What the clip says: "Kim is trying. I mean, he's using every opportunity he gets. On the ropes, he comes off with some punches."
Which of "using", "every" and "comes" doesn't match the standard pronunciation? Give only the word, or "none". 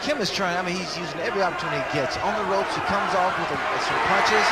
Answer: none